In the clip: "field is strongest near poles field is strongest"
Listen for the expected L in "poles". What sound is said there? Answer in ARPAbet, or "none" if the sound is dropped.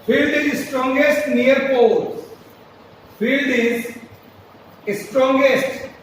none